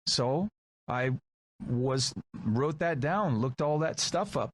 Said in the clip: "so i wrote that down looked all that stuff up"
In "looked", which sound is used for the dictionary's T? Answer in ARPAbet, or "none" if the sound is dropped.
T